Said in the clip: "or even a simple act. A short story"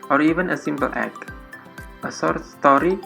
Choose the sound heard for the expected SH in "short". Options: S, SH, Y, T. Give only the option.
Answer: S